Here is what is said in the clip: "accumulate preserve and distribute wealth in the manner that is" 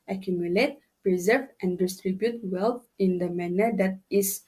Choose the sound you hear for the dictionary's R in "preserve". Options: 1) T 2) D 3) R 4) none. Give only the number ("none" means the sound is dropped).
3